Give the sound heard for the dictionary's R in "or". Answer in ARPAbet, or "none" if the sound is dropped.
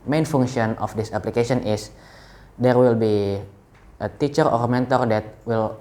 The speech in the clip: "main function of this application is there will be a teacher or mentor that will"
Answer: R